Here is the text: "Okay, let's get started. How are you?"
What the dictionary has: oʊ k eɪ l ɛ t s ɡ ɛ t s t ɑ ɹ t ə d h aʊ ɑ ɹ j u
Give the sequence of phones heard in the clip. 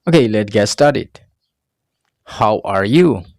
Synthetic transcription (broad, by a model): oʊ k eɪ l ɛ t ɡ ɛ t s t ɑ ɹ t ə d h aʊ ɑ ɹ j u